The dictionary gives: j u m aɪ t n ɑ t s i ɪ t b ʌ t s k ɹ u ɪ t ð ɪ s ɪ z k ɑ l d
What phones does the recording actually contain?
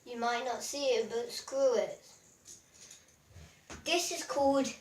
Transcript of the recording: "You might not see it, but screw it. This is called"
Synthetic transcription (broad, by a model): j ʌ m aɪ t n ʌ t s i ɪ t b ʌ t s k ɹ u ɪ t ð ɪ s ɪ z k ɑ l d